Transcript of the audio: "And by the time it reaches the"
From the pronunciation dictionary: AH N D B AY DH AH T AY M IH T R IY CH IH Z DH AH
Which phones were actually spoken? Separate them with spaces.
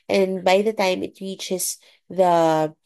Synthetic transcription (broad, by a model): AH N B AY DH AH T AY M IH T R IY CH IH Z DH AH